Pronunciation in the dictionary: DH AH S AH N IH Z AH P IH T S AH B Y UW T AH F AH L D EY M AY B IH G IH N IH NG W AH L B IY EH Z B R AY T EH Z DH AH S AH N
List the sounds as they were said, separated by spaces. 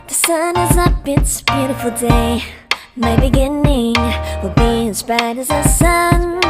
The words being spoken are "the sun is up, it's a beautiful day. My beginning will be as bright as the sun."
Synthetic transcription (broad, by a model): DH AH S AH N IH Z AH B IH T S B Y UW T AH F L D EY M AY B IH G IH N IH NG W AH B IY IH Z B AY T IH Z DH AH S AH N